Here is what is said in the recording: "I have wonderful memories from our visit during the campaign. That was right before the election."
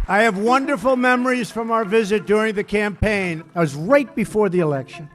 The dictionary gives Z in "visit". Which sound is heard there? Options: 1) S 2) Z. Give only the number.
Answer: 2